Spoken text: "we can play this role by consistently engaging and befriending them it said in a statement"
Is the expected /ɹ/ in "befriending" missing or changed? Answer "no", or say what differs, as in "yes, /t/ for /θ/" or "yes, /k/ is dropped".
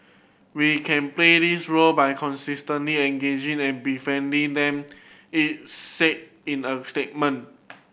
yes, /ɹ/ is dropped